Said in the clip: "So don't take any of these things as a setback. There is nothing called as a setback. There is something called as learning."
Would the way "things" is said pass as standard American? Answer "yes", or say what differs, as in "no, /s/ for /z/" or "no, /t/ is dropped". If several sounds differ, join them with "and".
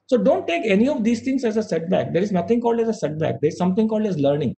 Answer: no, /t/ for /θ/